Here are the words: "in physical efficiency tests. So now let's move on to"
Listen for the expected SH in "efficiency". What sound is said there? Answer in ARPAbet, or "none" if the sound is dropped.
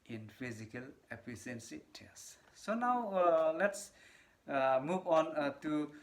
S